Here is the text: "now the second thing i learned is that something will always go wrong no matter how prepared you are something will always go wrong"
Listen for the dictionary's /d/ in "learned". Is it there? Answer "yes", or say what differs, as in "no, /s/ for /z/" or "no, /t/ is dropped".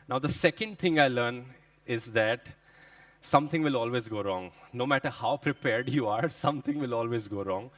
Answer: no, /d/ is dropped